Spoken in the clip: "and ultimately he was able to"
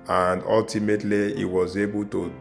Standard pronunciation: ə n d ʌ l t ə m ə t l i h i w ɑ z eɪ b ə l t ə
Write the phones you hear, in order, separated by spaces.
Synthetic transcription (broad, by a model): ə n d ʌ l t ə m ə t l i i w ɑ z eɪ b ə l t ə